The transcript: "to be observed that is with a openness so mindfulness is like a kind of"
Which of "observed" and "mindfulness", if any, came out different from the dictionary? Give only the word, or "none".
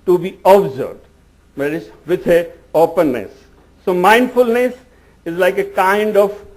observed